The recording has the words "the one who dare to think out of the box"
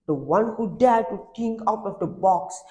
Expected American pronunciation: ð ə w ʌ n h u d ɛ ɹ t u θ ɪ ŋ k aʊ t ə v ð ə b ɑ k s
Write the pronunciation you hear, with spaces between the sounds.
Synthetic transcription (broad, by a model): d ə w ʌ n h u d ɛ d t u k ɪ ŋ aʊ t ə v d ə b ɑ k s